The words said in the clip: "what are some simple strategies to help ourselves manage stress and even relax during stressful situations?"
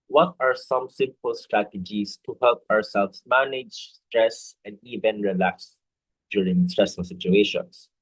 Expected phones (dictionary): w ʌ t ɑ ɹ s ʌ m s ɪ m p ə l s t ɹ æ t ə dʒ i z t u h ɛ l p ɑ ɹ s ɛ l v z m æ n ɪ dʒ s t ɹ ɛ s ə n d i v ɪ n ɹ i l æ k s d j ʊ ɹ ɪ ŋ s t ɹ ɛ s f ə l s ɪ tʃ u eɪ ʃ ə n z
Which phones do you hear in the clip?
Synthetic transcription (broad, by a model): w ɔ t ɑ ɹ s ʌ m s ɪ m p ə l s t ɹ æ t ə dʒ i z t u h ɛ l p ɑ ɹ s ɛ l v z m æ n ɪ dʒ s t ɹ ɛ s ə n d i v ɪ n ɹ i l æ k s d j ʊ ɹ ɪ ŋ s t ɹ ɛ s ə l s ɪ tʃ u eɪ ʃ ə n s